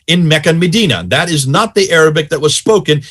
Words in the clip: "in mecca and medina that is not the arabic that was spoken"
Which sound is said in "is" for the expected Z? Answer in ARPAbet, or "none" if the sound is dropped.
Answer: Z